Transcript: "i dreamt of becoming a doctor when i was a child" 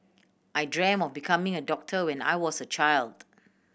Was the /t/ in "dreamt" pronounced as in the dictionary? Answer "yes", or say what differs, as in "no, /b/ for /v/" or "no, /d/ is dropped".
no, /t/ is dropped